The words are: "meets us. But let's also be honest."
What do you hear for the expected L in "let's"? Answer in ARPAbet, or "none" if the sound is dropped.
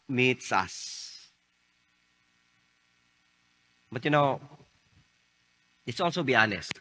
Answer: N